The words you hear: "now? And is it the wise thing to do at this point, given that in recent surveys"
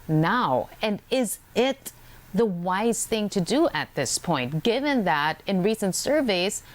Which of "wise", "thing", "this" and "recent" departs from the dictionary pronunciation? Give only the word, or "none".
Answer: none